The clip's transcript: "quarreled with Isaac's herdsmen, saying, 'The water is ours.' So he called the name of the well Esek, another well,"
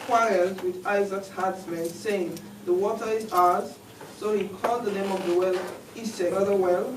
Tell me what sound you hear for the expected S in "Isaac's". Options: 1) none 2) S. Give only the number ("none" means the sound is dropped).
2